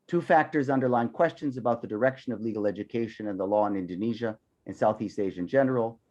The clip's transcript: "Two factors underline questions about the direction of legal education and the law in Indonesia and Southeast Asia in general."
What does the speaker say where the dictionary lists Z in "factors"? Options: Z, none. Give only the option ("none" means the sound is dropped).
Z